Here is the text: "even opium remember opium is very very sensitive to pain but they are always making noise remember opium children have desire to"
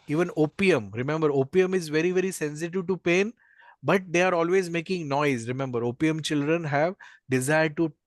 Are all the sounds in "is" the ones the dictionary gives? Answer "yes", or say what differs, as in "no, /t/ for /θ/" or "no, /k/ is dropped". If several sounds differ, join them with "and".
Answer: yes